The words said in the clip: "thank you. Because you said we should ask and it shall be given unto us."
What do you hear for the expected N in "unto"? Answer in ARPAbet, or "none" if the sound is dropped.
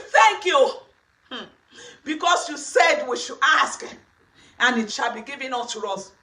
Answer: none